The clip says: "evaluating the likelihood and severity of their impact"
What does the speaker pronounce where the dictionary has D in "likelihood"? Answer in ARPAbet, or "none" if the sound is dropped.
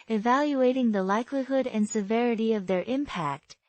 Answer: D